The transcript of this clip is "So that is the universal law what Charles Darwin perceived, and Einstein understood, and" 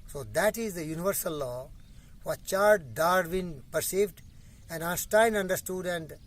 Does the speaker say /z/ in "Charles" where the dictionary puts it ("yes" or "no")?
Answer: no